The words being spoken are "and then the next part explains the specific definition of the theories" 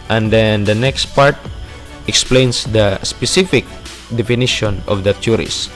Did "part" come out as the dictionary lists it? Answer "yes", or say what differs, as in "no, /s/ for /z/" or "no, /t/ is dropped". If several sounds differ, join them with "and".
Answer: yes